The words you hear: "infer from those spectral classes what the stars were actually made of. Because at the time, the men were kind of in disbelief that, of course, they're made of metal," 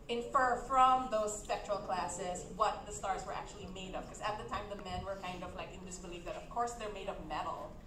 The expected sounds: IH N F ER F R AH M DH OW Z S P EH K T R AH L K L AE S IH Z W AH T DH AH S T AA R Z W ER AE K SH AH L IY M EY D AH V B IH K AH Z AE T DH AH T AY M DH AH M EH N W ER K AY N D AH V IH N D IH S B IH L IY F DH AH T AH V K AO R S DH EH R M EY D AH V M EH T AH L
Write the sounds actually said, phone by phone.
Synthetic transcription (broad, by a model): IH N F ER F R AH M DH OW Z S P EH K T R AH L K L AE S IH Z W AH T DH AH S T AA R Z W ER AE K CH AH L IY M EY D AH V K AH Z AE T DH AH T AY M DH AH M EH N W ER K AY N D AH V IH N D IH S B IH L IY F DH AH T AH V K AO R S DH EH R M EY D AH V M EH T L